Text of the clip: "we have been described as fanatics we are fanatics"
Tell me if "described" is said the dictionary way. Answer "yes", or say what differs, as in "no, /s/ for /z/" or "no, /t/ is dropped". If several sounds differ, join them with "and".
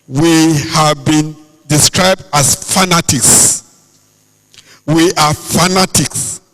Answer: yes